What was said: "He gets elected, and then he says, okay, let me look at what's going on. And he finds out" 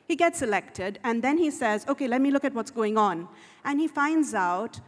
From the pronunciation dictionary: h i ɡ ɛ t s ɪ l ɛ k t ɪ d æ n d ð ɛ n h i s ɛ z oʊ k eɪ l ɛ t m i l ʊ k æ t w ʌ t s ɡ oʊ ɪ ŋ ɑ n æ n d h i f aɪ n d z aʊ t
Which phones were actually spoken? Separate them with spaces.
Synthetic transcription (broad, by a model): h i ɡ ɛ t s ɪ l ɛ k t ɪ d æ n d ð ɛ n h i s ɛ z oʊ k eɪ l ɛ t m i l ʊ k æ t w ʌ t s ɡ oʊ ɪ ŋ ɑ n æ n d h i f aɪ n d z aʊ t